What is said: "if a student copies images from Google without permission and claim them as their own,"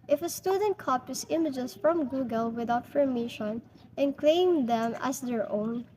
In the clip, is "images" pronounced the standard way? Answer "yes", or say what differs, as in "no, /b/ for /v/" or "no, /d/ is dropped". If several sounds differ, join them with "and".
no, /s/ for /z/